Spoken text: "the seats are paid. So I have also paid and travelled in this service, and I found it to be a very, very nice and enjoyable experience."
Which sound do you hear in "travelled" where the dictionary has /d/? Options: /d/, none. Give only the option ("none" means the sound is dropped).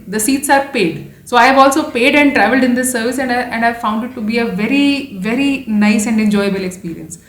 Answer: /d/